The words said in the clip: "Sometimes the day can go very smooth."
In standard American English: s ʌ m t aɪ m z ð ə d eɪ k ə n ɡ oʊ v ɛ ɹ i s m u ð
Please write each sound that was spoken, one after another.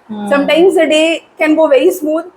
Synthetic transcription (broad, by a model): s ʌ m t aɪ m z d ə d eɪ k ə n ɡ oʊ v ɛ i s m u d